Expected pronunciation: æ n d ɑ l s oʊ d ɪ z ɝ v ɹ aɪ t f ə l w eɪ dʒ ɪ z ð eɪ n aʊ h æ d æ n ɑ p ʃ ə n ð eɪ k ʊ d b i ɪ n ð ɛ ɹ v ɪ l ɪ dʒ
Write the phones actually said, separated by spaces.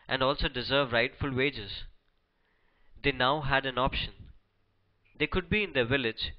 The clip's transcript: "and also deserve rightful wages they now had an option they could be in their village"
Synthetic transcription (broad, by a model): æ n d ɑ l s oʊ d ɪ z ɝ v ɹ aɪ t f ə l w eɪ dʒ ɪ z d eɪ n aʊ h æ d æ n ɑ p ʃ ə n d eɪ k ʊ d b i ɪ n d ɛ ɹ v ɪ l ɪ dʒ